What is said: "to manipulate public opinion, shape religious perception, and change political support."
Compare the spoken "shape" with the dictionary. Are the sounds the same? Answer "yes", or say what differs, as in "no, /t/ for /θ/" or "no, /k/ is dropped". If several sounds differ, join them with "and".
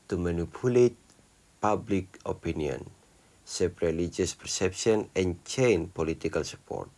no, /s/ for /ʃ/